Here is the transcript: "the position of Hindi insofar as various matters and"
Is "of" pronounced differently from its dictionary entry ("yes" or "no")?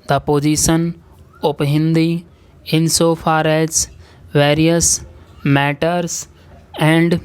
yes